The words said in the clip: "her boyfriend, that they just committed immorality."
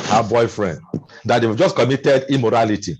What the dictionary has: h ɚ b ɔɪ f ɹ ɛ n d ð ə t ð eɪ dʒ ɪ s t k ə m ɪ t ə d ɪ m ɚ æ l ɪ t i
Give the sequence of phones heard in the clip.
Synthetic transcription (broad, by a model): h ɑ b ɔɪ f ɹ ɛ n d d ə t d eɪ dʒ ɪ s k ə m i t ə d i m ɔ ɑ l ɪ t i